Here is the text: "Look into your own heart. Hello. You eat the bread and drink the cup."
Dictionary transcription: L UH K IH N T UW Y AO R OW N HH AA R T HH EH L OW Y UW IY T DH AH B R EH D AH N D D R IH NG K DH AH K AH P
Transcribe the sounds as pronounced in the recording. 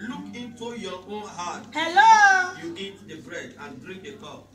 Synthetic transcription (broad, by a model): L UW K IH N T UW Y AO OW N HH AA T HH EH L OW Y UW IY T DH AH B R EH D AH N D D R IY K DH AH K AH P